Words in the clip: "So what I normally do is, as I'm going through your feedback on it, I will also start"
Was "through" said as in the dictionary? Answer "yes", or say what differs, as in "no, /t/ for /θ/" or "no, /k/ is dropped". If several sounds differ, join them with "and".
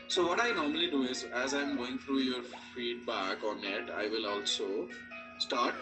no, /t/ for /θ/